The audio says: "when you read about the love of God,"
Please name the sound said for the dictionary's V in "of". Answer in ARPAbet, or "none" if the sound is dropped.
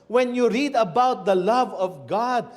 V